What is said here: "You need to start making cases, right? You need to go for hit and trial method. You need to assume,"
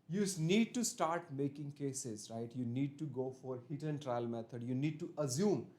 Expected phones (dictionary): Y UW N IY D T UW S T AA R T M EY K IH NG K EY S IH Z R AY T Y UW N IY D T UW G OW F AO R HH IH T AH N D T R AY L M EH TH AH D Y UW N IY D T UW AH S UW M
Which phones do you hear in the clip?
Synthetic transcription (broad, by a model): Y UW N IY D T UW S T AA R T M EY K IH NG K EY S IH Z R AY T Y UW N IY D T UW G OW F AO R HH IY T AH N T R AY L M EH T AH D Y UW N IY D T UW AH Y UW M